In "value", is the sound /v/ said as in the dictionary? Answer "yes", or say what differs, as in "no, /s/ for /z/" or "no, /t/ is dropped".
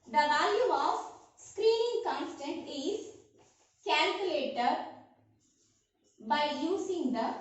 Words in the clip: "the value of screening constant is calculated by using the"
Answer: yes